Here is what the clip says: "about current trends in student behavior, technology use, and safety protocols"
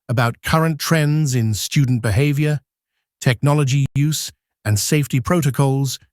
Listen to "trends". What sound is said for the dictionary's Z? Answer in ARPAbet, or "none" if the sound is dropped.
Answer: Z